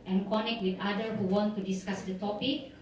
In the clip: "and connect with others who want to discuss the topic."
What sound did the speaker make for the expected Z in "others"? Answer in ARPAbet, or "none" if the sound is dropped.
none